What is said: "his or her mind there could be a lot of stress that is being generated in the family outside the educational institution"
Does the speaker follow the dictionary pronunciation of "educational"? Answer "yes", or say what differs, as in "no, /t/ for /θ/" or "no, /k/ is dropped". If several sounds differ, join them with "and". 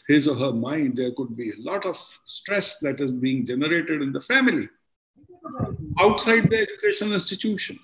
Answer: no, /n/ is dropped